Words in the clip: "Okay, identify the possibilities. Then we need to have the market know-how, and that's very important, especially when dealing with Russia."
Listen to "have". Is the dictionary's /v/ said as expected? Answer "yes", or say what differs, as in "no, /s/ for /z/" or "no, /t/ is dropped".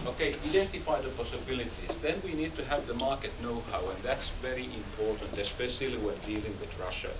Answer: yes